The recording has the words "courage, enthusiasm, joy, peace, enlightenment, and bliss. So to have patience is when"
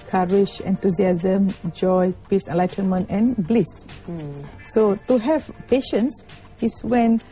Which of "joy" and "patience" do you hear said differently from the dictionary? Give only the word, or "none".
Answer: none